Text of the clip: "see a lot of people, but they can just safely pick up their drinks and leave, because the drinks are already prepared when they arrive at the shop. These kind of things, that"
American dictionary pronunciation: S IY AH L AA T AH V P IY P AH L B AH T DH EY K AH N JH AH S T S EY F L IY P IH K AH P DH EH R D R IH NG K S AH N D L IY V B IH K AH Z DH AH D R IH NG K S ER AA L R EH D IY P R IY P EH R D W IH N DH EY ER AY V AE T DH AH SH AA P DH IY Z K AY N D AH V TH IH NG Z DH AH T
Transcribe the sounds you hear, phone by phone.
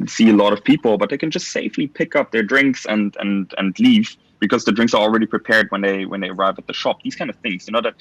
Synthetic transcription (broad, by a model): S IY AH L AA T AH V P IY P L B AH T DH EY K N JH AH S T S EY F L IY P IH K AH P DH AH R D R IH NG K S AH N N L IY V B IH K AH Z DH AH D R IH NG K S ER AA L R EH D IY P R IY P EH R D W IH N DH EY ER AY V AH T DH AH SH AA P DH IY Z K AY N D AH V TH IH NG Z DH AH T